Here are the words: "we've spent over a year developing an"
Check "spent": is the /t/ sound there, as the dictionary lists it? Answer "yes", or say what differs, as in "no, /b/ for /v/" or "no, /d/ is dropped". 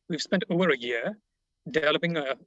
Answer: yes